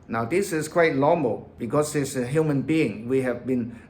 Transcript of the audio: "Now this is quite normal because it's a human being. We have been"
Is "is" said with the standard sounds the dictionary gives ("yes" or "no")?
no